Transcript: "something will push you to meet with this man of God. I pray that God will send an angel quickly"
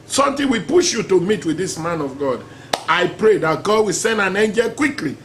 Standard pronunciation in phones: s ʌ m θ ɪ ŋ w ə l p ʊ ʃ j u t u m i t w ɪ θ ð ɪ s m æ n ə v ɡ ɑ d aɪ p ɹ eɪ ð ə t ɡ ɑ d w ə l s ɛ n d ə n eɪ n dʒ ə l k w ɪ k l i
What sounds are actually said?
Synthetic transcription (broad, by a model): s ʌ m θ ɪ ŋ w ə p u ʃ j u t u m i t w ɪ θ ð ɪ s m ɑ n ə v ɡ ɑ d aɪ p ɹ eɪ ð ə t ɡ ɑ d w ə l s ɛ n d ə n eɪ n dʒ ə l k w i k l i